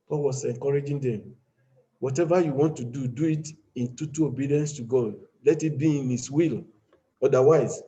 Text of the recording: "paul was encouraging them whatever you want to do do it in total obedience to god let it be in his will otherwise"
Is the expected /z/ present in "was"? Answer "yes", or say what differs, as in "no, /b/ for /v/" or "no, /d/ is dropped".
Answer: no, /s/ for /z/